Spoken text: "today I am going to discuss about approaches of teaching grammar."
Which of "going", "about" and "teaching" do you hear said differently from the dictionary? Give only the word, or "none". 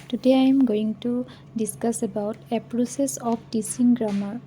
teaching